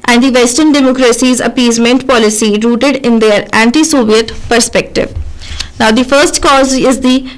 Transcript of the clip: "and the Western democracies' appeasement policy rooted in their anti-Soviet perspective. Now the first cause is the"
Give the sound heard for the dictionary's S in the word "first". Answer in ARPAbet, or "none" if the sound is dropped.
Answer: S